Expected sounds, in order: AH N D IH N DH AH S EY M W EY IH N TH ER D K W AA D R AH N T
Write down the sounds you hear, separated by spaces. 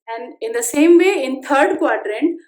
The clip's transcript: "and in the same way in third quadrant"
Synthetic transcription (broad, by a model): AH N D IH N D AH S EY M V EY IH N T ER D K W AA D R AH N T